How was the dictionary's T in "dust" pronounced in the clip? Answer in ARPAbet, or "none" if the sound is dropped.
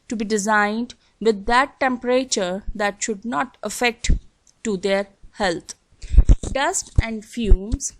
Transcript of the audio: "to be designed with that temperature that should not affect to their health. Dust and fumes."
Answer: T